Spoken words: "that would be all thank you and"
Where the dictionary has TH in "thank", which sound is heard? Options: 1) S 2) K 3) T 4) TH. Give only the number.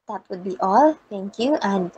3